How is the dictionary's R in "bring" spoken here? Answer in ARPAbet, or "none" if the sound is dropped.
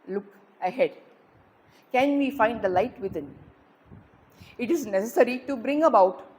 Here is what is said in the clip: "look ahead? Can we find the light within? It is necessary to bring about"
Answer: R